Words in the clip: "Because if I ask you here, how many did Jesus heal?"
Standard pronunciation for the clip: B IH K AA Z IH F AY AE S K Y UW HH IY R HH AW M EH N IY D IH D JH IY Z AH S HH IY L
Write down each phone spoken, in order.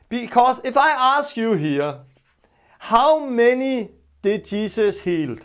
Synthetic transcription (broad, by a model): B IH K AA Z IH F AY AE S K Y UW HH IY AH HH AW M EH N IY D IH D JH IY S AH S HH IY L